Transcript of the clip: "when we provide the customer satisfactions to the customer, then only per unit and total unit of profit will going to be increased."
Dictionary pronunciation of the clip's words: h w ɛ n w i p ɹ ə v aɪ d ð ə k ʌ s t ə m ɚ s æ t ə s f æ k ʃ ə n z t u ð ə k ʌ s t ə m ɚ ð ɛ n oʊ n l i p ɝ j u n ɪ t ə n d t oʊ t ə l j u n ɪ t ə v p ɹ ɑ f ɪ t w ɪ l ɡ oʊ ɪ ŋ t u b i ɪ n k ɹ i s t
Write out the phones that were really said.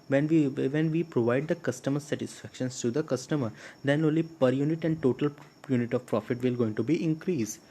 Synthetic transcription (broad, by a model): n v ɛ n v i p ɹ ə v aɪ d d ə k ʌ s t ə m ɚ s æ t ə s f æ k ʃ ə n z t u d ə k ʌ s t ə m ɚ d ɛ n oʊ n l i p ɝ j u n ɪ t ə n d t oʊ t ə l j u n ɪ t ə v p ɹ ɑ f ɪ t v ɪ l ɡ oʊ ɪ ŋ t u b i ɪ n k ɹ i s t